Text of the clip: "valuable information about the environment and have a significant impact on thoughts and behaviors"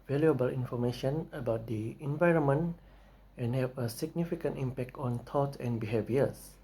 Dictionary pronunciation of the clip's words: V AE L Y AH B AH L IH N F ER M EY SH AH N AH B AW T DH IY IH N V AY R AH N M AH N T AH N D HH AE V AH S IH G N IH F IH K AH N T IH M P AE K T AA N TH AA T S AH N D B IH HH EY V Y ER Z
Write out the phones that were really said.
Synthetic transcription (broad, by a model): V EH L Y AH B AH L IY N F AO M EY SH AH N AH B AW T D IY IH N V AY R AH N M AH N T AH N HH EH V AH S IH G N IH F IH K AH N T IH M P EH K T AA N T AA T AH N B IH HH EY V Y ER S